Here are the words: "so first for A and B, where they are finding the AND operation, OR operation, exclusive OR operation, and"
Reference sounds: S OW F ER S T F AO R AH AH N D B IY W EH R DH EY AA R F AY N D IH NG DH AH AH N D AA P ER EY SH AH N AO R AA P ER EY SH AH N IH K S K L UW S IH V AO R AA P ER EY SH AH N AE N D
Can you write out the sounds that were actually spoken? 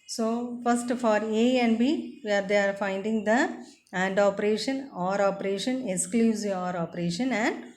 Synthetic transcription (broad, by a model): S OW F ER S T F AO R AH AH N D B IY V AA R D EY AA R F AY N D IH NG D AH AH N D AA P ER EY SH AH N AO R AA P ER EY SH AH N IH K S K L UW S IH AO R AA P ER EY SH AH N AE N D